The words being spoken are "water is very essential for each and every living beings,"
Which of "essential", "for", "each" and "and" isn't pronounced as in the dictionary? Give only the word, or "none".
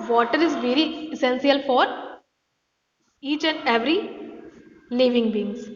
essential